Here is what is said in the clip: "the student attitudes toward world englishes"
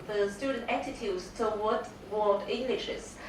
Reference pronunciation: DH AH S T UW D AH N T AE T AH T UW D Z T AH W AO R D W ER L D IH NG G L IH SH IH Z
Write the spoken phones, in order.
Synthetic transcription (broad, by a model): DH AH S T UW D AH N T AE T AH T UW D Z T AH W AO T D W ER D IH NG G L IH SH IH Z